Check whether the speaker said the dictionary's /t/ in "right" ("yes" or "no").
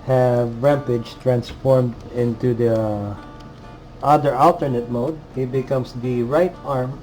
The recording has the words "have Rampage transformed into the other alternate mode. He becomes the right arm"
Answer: yes